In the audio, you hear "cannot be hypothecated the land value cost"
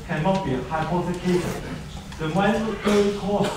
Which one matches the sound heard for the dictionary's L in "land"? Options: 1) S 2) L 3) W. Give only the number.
3